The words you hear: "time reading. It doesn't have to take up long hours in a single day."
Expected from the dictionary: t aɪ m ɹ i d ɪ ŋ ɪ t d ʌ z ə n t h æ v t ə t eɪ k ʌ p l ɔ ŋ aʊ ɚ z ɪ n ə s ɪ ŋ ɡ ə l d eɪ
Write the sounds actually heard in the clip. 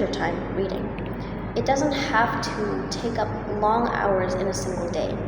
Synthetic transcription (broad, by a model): t aɪ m ɹ i d ɪ ŋ ɪ t d ʌ z ə n t h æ f t ə t eɪ k ʌ p l ɔ ŋ aʊ ɚ z ɪ n ə s ɪ ŋ ɡ l d eɪ